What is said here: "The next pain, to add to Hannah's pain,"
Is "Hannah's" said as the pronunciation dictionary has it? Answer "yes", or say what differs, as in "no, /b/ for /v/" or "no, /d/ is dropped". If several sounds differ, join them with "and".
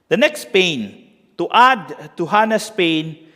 no, /s/ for /z/